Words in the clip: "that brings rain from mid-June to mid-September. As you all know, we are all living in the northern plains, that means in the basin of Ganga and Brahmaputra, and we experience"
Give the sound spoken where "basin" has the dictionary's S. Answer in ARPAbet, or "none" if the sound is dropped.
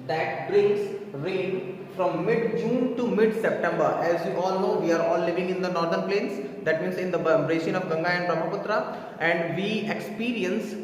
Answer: SH